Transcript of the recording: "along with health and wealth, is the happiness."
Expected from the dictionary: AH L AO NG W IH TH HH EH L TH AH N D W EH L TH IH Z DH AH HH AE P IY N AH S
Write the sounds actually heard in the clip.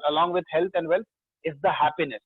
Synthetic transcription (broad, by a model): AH L AO NG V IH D HH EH L T AH N D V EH L T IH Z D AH HH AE P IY N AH S